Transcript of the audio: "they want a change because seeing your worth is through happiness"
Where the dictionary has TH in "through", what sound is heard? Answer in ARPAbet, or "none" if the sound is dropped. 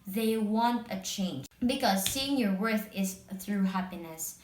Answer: TH